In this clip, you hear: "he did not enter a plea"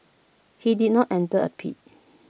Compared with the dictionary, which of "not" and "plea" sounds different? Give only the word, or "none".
plea